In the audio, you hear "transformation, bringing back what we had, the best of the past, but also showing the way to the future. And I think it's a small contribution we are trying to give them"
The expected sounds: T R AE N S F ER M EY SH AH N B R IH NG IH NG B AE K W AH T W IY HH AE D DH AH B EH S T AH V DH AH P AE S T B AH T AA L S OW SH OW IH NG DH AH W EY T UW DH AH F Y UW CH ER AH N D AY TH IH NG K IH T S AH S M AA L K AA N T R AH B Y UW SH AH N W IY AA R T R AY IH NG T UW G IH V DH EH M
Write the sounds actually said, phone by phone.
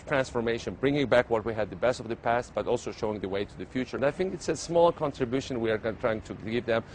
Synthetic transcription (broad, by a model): T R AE N S F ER M EY SH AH N B R IH NG IH NG B AE K W AH T W IY HH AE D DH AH B EH S T AH V DH AH P AE S T B AH T AA L S OW SH OW IH NG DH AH W EY T UW DH AH F Y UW CH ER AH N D AY TH IH NG K IH T S AH S M AA L K AA N T R AH B Y UW SH AH N W IY AA R T R AY IH NG T UW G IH V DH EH M